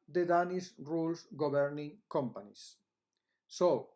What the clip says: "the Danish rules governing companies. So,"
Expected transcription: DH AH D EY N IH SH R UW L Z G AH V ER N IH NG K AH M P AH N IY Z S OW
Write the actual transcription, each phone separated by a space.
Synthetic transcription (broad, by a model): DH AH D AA N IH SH R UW L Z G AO B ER N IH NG K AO M P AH N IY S OW